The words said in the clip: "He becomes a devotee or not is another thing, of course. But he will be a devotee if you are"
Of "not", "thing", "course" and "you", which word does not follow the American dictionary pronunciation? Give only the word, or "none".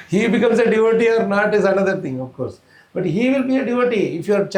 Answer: thing